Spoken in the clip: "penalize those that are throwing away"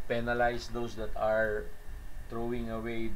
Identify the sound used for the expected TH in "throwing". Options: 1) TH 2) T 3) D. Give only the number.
2